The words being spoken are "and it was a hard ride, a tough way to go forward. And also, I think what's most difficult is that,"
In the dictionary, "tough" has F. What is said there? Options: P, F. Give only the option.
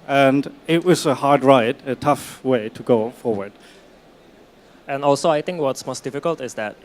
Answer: F